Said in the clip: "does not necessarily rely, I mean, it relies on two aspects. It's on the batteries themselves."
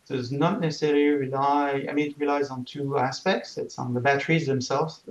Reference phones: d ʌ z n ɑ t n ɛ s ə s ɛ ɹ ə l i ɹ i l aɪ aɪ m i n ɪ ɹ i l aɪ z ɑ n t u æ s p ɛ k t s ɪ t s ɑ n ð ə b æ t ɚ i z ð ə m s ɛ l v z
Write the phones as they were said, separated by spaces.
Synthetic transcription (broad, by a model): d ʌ z n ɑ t n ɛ s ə s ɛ ɹ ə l i ɹ i l aɪ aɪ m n ɪ ɹ i l aɪ z n t u æ s p ɛ k t s ɪ t s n ð ə b æ t ɚ i z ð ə m s ɛ l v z